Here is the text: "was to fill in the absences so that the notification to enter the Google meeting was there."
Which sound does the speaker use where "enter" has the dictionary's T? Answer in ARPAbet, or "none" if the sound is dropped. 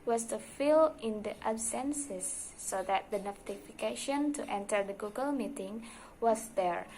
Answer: T